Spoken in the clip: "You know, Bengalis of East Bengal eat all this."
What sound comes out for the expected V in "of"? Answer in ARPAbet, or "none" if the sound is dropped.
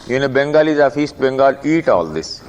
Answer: F